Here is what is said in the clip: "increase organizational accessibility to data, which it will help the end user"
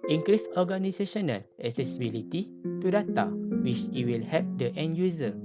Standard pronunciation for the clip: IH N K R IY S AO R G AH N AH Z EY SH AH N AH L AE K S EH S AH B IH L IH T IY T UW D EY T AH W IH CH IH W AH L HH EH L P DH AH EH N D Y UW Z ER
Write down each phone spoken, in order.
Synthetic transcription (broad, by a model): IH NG K R IY S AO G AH N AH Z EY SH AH N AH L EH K S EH S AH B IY L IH T IY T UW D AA T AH W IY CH IH W AH L HH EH P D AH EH N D Y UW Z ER